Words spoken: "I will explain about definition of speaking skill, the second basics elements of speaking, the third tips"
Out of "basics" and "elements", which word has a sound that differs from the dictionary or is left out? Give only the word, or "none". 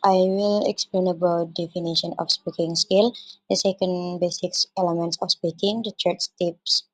none